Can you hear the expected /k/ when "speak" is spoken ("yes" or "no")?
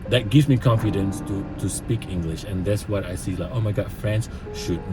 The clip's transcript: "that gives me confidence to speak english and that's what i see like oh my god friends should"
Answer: yes